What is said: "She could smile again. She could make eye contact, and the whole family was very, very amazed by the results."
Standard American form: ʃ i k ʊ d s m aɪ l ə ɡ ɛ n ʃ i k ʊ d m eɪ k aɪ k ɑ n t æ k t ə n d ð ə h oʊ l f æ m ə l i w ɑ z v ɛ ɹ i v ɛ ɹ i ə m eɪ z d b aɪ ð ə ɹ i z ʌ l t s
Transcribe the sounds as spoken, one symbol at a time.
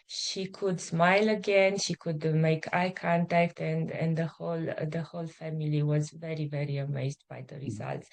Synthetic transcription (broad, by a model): ʃ i k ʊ d s m aɪ l ə ɡ ɛ n ʃ i k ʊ d m eɪ k aɪ k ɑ n t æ k t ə n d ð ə h oʊ l f æ m ə l i w ɑ z v ɛ ɹ i v ɛ ɹ i ə m eɪ z d b aɪ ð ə ɹ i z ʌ l t s